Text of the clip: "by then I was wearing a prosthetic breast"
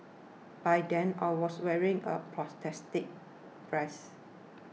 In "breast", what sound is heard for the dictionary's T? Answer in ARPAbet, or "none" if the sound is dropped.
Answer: none